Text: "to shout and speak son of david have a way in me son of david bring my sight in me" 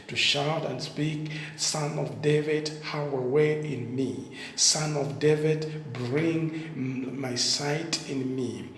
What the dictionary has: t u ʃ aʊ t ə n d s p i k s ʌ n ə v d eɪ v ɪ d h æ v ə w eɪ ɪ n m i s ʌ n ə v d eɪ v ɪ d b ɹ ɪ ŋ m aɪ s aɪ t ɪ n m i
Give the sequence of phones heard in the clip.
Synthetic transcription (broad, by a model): t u ʃ aʊ t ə n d s p i k s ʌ n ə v d eɪ v ɪ d h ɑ w ə w eɪ ɪ n m i s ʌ n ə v d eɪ v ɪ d b ɹ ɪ ŋ m aɪ s aɪ t ɪ n m i